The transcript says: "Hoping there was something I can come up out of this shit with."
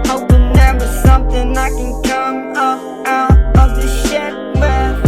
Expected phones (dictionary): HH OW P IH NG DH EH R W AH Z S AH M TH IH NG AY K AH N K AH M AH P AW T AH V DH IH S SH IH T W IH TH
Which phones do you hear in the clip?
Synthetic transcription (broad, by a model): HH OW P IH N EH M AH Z S AH M TH IH NG AY K AH N K AH M AH P AW T AH V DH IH SH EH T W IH